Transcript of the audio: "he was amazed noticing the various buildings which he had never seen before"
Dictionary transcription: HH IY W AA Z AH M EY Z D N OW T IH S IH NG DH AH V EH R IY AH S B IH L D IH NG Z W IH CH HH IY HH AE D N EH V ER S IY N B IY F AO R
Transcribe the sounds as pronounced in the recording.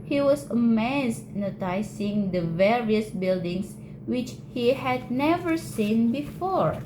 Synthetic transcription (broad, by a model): HH IY W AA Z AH M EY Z N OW T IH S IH NG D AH V EH R IY AH S B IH L D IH NG S W IH CH HH IY HH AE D N EH V ER S IY N B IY F AO R